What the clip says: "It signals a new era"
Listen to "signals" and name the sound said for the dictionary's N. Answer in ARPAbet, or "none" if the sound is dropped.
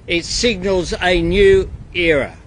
N